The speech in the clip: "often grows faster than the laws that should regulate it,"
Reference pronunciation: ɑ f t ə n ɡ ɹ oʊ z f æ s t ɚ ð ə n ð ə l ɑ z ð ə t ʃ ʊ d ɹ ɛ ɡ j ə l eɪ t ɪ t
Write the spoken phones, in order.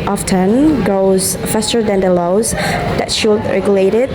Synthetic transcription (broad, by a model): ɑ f t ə n ɡ oʊ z f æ s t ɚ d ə n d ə l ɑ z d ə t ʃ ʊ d ɹ ɛ ɡ j ə l eɪ t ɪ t